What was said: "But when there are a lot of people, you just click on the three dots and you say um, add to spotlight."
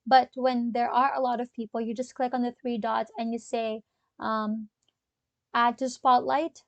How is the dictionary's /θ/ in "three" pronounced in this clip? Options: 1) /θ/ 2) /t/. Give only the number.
1